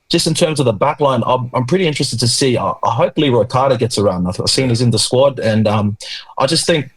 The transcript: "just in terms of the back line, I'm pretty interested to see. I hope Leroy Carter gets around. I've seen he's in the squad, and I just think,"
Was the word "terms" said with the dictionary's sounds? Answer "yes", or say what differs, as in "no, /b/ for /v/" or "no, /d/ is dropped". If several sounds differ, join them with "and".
yes